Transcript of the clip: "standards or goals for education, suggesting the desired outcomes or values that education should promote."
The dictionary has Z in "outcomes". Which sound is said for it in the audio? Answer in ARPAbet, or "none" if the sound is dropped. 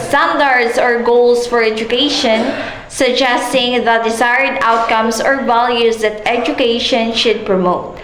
S